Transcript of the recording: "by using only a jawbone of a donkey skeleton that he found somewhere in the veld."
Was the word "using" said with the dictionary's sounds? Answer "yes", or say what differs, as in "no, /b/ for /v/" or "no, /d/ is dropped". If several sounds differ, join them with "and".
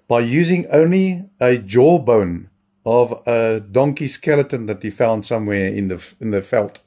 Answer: yes